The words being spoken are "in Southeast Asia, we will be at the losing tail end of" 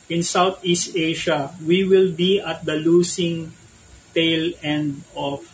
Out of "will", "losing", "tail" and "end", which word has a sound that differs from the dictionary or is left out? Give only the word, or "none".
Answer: losing